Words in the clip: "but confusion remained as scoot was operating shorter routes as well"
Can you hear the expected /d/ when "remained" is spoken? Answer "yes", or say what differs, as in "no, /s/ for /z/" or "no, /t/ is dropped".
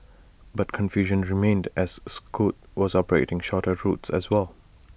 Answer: yes